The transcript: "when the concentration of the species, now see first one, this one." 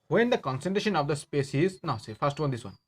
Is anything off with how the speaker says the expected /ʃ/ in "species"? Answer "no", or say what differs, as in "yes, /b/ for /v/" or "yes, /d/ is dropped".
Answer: yes, /s/ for /ʃ/